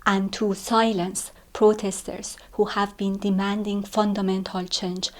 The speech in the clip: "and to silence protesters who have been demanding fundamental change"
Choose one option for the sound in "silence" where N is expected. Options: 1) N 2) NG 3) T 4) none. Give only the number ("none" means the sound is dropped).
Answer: 1